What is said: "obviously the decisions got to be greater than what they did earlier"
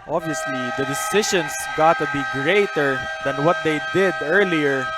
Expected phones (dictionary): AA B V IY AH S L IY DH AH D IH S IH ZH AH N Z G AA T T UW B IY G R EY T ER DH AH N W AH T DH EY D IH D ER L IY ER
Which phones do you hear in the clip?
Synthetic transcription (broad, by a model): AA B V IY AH S L IY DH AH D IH S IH SH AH N S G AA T T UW B IY G R EY T ER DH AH N W AH T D EY D IH D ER L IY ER